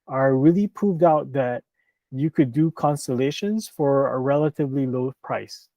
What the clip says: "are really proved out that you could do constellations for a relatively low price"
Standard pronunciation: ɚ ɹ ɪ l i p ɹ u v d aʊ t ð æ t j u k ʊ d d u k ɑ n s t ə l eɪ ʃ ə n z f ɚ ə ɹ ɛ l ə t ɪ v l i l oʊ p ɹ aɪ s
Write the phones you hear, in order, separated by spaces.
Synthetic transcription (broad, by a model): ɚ ɹ ɪ l i p ɹ u v d aʊ t ð æ t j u k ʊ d d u k ɑ n s t ə l eɪ ʃ ə n z f ɚ ə ɹ ɛ l ə t ɪ v l i l oʊ p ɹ aɪ s